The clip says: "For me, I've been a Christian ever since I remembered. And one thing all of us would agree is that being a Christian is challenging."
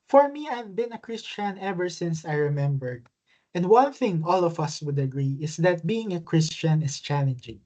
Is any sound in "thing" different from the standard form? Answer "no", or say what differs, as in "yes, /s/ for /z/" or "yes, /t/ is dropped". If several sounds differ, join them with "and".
no